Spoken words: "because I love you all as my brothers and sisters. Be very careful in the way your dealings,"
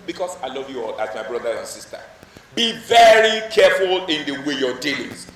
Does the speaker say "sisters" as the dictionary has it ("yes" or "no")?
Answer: no